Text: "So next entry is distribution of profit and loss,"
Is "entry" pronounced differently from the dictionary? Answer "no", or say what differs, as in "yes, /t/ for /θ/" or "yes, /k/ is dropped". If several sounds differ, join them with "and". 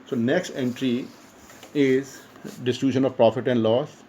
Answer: no